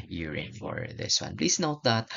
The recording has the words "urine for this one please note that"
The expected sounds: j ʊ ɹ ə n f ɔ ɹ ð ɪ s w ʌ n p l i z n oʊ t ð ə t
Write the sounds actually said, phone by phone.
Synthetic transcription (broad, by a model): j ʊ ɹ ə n f ɔ ɹ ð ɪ s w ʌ n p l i s n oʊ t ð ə t